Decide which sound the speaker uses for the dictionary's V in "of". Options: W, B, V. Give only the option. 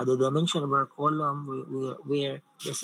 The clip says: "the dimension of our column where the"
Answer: B